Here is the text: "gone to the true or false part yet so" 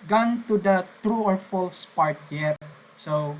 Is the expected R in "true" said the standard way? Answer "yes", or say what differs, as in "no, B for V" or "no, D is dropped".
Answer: yes